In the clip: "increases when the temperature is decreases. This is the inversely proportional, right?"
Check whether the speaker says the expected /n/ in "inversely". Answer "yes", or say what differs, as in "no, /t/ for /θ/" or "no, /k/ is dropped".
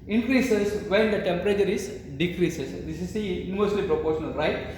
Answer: no, /n/ is dropped